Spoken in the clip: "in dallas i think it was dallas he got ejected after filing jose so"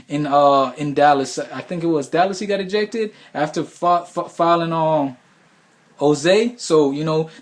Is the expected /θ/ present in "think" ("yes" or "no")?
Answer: yes